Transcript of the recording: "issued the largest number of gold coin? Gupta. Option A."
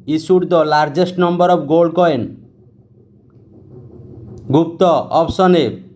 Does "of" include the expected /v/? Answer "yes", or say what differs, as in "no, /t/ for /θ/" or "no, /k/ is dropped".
no, /b/ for /v/